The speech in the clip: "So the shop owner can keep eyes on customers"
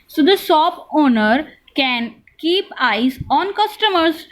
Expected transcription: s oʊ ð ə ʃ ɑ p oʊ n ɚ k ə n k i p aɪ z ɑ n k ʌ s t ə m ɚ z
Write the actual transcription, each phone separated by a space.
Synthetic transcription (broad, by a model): s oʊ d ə s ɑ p oʊ n ɚ k ə n k i p aɪ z ɑ n k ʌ s t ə m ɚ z